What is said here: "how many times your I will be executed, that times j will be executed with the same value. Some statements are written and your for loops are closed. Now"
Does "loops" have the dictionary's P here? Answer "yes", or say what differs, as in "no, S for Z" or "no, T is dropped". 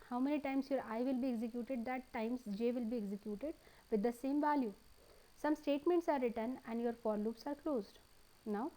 yes